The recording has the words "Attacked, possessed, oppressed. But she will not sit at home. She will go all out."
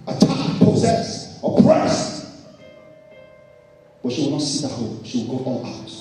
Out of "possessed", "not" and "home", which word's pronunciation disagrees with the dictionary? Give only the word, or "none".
possessed